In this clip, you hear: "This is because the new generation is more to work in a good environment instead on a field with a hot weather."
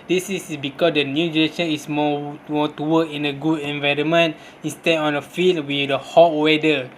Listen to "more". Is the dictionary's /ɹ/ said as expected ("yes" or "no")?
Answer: no